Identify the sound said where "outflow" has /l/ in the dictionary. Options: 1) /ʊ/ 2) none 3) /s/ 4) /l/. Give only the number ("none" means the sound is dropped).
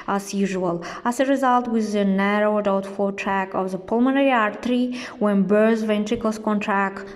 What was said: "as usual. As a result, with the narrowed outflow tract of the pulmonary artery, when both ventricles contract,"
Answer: 2